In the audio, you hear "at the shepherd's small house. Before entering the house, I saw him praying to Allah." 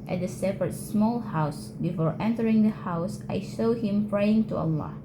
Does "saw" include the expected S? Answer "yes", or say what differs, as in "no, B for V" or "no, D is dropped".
no, SH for S